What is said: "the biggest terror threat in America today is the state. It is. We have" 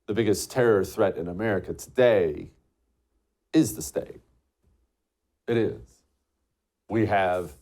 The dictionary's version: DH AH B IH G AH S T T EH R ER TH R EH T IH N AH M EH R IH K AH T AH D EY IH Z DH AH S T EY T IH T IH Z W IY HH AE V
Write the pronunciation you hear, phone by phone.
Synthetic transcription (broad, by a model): DH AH B IH G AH S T T EH R ER TH R EH T IH N AH M EH R IH K AH T AH D EY IH Z DH AH S T EY T IH T IH Z W IY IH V